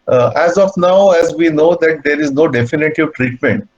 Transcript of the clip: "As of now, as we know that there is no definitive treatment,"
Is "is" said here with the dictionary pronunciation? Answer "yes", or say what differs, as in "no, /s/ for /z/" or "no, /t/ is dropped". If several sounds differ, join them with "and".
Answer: yes